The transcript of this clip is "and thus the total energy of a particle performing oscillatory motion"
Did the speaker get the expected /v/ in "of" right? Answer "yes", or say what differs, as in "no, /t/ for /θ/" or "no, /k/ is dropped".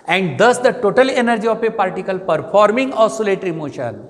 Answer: no, /p/ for /v/